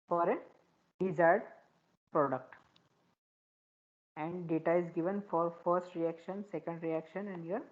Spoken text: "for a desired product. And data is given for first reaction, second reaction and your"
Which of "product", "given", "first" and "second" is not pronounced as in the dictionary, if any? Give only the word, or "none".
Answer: none